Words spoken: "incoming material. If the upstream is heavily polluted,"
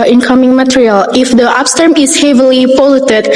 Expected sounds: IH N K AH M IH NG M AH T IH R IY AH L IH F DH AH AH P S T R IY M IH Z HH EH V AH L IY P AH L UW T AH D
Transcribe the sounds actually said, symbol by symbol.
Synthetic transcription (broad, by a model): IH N K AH M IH NG M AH T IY R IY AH L IH F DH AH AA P S T AH M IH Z HH EH V AH L IY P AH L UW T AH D